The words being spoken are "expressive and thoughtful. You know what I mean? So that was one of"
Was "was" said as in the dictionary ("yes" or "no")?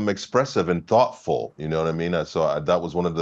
yes